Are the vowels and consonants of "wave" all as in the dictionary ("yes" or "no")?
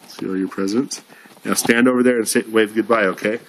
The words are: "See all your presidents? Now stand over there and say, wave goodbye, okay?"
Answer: yes